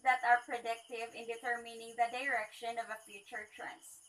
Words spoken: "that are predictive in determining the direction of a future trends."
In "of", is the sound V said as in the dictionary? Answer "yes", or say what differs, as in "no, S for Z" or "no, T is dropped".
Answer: yes